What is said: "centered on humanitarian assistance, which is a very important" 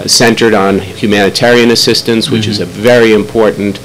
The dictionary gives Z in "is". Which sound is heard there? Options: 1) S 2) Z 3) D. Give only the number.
2